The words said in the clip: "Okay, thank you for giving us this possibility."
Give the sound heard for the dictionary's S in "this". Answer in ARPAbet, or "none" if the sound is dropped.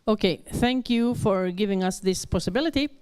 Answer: S